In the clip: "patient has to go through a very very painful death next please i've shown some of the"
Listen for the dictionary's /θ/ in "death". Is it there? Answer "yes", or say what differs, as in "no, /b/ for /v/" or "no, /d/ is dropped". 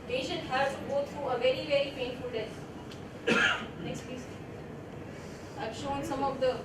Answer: no, /t/ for /θ/